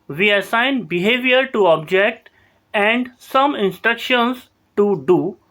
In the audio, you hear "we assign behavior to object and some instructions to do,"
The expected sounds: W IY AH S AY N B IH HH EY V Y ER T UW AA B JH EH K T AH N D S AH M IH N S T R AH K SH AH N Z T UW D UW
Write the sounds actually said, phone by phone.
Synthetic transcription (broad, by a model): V IY AH S AY N B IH HH EY V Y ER T UW AA B JH EH K T AH N D S AH M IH N S T R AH K SH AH N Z T UW D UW